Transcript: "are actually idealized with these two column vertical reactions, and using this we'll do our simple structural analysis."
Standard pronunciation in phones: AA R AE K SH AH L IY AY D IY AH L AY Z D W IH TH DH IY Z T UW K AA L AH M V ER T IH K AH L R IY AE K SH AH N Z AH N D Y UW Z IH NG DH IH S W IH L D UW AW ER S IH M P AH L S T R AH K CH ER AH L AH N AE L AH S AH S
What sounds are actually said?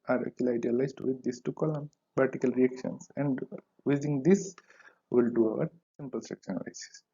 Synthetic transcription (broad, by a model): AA R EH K AH L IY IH D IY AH L AY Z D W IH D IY S T UW K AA L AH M P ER T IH K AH L R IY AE K SH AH N S AH N D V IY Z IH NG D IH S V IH L D UW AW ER S IH M P AH L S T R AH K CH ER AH N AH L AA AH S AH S